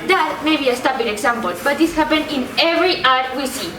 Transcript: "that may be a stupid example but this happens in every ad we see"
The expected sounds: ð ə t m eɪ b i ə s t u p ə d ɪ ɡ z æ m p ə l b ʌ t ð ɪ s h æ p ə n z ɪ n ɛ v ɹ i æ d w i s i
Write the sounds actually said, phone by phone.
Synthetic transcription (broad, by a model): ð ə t m eɪ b i ə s t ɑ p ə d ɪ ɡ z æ m p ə l b ʌ t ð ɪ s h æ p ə n ɪ n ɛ v ɹ i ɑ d w i s i